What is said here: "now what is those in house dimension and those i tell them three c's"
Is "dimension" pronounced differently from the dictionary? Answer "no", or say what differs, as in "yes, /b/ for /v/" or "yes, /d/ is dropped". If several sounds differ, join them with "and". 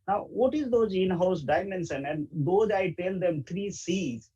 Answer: yes, /s/ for /ʃ/